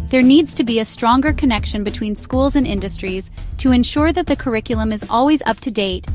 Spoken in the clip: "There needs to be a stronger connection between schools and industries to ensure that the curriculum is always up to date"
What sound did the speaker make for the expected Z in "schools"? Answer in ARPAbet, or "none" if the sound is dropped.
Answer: Z